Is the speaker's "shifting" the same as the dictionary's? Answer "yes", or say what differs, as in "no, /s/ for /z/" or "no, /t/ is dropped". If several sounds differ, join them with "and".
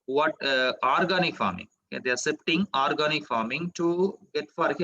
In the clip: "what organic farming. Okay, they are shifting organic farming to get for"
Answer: no, /s/ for /ʃ/ and /p/ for /f/